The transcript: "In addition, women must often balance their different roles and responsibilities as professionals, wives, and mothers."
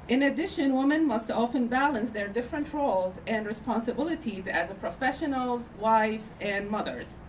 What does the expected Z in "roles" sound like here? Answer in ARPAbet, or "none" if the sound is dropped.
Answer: Z